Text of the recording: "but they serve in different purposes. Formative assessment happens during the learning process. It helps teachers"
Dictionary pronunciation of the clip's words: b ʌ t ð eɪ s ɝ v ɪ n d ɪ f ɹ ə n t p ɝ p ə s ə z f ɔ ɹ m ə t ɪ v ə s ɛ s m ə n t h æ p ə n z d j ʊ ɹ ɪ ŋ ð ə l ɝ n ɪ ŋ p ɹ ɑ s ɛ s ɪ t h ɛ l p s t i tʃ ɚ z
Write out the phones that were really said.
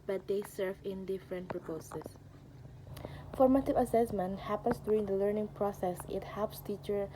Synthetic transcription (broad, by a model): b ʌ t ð eɪ s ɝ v ɪ n d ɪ f ɹ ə n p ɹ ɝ p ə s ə s f ɔ ɹ m ə t ɪ v ə s ɛ s m ə n t h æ p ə n s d j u ɹ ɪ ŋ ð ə l ɝ n ɪ ŋ p ɹ ɑ s ɛ s ɪ t h ɛ l p s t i tʃ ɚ